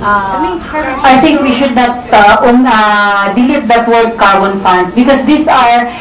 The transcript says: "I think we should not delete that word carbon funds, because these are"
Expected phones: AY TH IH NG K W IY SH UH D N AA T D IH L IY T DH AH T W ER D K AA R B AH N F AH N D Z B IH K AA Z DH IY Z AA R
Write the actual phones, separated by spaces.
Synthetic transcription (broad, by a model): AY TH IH NG K W IY SH UH D N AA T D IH L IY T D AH T W ER D K AA R B AH N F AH N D S B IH K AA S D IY S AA R